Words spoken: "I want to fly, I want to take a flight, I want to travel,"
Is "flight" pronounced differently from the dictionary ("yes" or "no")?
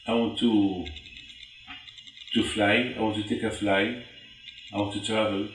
yes